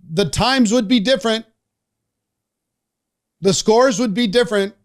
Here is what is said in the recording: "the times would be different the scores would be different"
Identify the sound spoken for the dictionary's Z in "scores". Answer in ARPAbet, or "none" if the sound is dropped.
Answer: Z